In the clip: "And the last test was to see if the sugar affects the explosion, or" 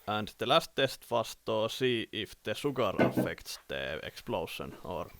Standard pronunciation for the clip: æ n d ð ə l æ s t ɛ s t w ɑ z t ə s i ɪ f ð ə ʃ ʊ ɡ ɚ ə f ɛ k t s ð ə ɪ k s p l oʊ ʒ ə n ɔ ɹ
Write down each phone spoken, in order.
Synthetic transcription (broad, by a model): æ n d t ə l æ s t ɛ s t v ɑ s t ə s i ɪ f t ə s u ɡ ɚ ə f ɛ k t s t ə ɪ k s p l oʊ s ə n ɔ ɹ